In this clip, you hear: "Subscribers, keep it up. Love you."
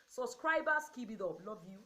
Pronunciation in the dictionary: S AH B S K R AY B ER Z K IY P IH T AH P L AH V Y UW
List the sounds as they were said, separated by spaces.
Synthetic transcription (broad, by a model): S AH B S K R AY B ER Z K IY B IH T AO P L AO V Y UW